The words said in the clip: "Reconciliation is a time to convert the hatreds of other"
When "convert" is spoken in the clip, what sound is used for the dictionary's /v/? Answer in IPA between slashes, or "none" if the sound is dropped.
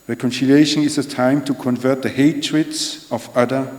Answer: /v/